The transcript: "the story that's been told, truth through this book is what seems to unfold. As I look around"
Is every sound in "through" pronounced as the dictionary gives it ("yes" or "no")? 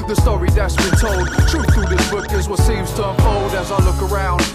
no